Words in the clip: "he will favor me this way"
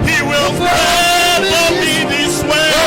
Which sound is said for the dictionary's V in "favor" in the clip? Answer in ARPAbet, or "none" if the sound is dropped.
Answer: none